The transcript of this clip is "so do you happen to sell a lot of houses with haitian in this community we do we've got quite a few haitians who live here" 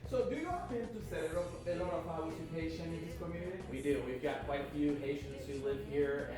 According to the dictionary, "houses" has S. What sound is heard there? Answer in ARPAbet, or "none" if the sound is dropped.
none